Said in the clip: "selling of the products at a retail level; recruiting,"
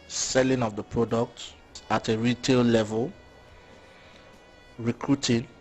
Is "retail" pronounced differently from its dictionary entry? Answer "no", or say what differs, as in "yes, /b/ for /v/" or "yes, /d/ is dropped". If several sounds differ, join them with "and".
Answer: no